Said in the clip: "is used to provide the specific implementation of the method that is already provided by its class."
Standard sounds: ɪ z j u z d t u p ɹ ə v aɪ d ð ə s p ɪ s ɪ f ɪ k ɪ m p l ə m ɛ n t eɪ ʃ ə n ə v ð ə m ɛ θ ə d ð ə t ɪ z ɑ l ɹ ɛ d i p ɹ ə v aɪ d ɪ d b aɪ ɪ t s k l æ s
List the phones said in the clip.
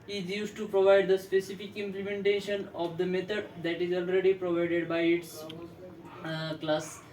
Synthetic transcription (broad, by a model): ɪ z j u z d t u p ɹ ə v aɪ d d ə s p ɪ s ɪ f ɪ k ɪ m p l ə m ɛ n t eɪ ʃ ə n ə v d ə m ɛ t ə d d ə t ɪ z ɑ l ɹ ɛ d i p ɹ ə v aɪ d ɪ d b aɪ ɪ t s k l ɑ s